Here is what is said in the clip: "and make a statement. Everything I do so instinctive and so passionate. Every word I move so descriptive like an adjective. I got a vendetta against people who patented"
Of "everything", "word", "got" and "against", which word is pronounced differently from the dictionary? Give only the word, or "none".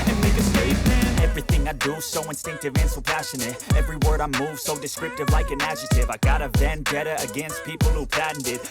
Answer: none